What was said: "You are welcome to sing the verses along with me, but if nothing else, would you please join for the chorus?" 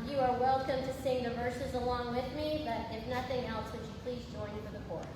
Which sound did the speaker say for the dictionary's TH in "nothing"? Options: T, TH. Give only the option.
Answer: TH